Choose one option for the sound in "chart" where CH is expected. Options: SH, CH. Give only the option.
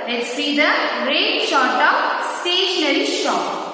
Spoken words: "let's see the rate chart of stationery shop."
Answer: SH